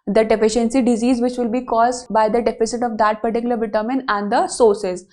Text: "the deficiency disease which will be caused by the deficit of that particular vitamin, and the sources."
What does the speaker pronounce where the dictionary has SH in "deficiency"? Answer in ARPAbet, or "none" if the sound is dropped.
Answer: SH